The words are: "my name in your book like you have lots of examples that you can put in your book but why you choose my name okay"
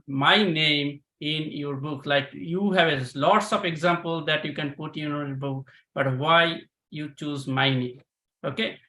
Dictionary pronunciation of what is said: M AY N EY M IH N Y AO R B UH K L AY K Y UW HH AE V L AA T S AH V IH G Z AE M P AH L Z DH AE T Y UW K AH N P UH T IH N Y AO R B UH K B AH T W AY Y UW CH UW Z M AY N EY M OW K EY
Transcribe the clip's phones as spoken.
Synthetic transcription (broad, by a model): M AY N EY M IH N Y AO R B UH K L AY K Y UW HH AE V L AA T S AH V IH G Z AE M P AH L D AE T Y UW K AH N P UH T IH N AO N B UH K B AH T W AY Y UW CH UW Z M AY N EY M OW K EY